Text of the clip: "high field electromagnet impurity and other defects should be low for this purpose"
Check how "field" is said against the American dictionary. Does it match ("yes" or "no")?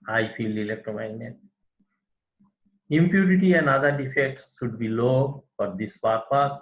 no